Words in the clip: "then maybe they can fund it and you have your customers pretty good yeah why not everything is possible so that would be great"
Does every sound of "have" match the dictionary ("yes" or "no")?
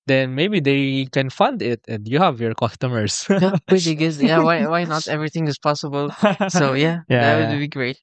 yes